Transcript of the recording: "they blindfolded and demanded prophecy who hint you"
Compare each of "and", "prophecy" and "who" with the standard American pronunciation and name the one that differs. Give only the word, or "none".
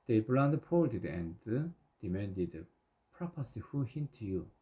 prophecy